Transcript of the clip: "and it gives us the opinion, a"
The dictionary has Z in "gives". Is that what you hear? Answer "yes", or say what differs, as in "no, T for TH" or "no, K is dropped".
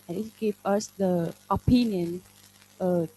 no, Z is dropped